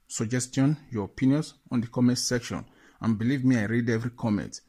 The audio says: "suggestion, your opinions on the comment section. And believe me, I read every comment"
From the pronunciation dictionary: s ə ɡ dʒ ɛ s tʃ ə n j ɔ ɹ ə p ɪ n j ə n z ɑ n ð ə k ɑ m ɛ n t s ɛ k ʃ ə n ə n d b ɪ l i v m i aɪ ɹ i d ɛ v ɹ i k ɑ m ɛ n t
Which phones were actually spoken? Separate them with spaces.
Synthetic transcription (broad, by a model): s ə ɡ dʒ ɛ s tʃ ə n j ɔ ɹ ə p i n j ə n s ɑ n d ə k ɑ m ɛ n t s ɛ k ʃ ə n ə n b ɪ l i v m i aɪ ɹ i d ɛ v ɹ i k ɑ m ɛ n t